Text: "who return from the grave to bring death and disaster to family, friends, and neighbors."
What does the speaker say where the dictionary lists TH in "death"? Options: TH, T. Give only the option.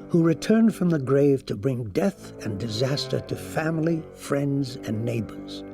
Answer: TH